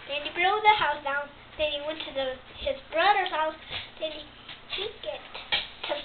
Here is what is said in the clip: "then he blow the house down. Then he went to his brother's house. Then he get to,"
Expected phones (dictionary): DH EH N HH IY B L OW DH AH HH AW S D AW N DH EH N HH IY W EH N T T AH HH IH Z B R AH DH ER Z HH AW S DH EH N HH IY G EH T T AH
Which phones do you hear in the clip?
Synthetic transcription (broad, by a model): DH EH N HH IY B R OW DH AH HH AW S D AW N DH EH N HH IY W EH N T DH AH HH IH Z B R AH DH ER HH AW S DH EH N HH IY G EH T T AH